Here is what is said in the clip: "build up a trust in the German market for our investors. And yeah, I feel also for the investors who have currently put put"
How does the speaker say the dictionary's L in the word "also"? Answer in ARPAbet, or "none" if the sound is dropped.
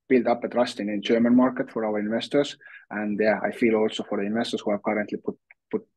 L